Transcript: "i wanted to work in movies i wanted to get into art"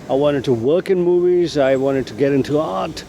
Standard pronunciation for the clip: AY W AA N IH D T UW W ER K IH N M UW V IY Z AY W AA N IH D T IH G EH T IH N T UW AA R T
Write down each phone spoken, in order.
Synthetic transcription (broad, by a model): AY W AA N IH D T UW W ER K IH N M UW V IY Z AY W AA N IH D T IH G EH T IH N T UW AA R T